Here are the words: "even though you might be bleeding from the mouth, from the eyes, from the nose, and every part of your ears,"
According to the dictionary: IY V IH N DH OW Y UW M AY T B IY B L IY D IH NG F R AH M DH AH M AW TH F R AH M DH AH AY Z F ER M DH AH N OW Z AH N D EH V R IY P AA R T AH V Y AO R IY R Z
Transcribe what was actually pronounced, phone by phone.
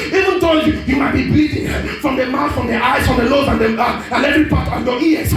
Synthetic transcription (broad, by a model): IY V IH N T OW Y UW M AY T B IY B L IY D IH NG F R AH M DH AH M AW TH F R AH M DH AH AY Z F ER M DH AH L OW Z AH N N EH V R IY P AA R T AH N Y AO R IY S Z